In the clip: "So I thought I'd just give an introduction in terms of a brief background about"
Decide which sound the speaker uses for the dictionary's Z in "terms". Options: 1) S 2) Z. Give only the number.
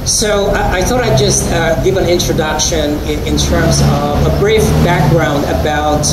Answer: 2